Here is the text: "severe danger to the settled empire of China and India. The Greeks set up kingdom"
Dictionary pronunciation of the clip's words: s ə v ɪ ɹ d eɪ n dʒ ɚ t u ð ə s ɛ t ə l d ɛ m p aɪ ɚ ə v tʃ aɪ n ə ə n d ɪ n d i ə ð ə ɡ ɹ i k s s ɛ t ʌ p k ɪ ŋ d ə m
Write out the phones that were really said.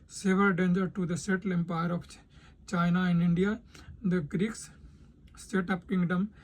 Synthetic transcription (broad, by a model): s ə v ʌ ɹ d eɪ n dʒ ɚ t u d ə s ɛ t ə l ɛ m p aɪ ɚ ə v tʃ aɪ n ə ə n d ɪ n d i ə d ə ɡ ɹ i k s s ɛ t ʌ p k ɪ ŋ d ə m